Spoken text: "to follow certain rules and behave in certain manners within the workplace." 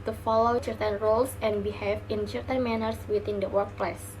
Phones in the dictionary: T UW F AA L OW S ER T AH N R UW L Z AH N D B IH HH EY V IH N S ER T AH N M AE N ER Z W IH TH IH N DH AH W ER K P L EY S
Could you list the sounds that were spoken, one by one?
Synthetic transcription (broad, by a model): T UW F AA L OW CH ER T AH N R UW L S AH N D B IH HH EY F IH N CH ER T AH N M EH N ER S W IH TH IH N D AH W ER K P L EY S